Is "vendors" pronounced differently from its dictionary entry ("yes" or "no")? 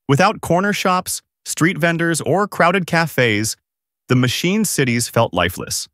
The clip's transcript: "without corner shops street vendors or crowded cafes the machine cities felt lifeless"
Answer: no